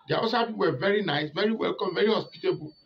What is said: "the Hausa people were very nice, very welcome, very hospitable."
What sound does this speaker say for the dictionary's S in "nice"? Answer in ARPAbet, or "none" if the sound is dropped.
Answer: S